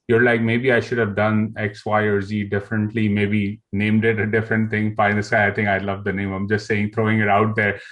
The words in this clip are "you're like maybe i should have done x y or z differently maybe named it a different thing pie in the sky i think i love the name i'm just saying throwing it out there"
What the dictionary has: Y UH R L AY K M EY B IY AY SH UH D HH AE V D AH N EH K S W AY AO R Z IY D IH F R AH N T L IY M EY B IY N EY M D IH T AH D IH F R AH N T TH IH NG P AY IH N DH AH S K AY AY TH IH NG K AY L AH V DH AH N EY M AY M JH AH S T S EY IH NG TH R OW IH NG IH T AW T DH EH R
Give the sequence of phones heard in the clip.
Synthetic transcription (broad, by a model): Y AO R L AY K M EY B IY AY SH UH D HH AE V D AH N EH K S W AY AO R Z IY D IH F R AH N T L IY M EY B IY N EY M D IH T AH D IH F R AH N T IH NG F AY IH N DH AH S AY AY T IH NG K AY L AH V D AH N EY M AY M JH AH S T S EY IH NG T R OW IH NG IH T AW T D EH R